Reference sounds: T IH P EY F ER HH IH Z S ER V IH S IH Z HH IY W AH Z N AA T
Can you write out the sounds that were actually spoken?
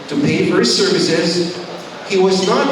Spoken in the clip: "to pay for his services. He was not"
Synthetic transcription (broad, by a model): T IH P EY F ER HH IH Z S ER V IH S IH Z HH IY W AH Z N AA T